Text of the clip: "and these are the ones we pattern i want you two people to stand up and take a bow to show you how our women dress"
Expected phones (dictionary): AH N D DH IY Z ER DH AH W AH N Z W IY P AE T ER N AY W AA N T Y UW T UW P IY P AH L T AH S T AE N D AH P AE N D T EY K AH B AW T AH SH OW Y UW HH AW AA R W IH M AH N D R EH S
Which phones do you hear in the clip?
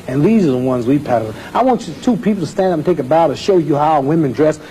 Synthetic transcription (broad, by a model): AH N DH IY Z ER DH AH W AH N Z W IY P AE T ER AY W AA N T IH T UW P IY P L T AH S T AE N D AH P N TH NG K AH B AW T AH SH OW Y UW HH AW W IH M AH N D R EH S